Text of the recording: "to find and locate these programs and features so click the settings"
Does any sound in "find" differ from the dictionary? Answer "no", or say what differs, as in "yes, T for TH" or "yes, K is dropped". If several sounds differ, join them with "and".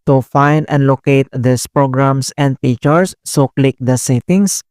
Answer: no